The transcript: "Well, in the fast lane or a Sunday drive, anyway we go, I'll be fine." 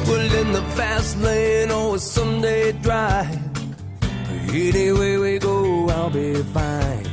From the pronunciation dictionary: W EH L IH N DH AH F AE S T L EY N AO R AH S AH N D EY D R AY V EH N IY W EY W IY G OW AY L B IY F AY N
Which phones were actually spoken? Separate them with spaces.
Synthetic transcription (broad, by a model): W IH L IH N DH AH F AE S T L EY N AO L AH S AH N D EY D R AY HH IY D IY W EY W IY G OW AY L B IY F AY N